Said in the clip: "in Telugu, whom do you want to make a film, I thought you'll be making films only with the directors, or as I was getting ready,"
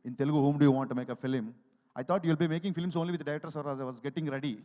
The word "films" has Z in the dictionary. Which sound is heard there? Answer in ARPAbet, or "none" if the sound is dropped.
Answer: S